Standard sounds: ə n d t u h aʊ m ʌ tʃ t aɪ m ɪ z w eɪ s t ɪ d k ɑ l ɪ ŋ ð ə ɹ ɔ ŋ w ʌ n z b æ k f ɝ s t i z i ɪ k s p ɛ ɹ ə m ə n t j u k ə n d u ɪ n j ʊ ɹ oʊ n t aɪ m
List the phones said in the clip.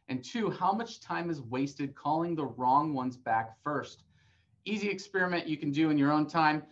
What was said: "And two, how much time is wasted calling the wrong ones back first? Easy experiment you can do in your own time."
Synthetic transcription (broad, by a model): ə n t u h aʊ m ʌ tʃ t aɪ m ɪ z w eɪ s t ɪ d k ɑ l ɪ ŋ ð ə ɹ ɔ ŋ w ʌ n z b æ k f ɝ s t i z i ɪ k s p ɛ ɹ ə m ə n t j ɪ k n d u ɪ n j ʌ ɹ oʊ n t aɪ m